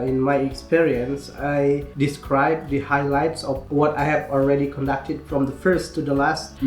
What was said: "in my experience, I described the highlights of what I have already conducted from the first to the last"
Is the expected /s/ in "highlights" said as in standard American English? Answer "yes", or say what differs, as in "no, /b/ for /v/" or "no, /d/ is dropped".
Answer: yes